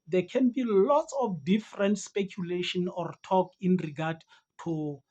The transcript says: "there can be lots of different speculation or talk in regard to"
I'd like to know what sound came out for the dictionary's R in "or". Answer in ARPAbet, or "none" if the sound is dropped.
R